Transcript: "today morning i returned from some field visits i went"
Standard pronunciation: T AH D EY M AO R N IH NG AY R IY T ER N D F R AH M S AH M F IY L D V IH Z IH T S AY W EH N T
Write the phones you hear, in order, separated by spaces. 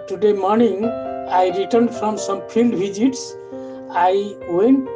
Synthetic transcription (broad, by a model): T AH D EY M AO R N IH NG AY R IY T ER N D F R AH M S AH M P IY L D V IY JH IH T S AY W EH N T